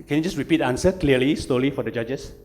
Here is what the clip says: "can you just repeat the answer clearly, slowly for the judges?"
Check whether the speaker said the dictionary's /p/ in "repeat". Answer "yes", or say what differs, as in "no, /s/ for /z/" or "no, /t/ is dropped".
yes